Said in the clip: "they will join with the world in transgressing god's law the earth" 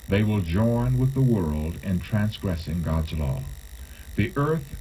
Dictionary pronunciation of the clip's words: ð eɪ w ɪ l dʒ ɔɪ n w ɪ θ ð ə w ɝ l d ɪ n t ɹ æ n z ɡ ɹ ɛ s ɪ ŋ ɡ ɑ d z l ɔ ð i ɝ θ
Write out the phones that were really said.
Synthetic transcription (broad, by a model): ð eɪ w ɪ l dʒ ɔɪ n w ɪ ð ə w ɝ l d ɪ n t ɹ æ n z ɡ ɹ ɛ s ɪ ŋ ɡ ɑ d z l ɔ ð i ɝ θ